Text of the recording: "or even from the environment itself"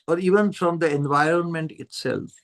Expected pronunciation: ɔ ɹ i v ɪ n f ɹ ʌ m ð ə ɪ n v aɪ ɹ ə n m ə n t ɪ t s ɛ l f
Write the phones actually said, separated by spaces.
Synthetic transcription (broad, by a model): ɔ ɹ i v ɪ n f ɹ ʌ m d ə ɪ n v aɪ ɹ ə n m ə n t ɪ t s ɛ l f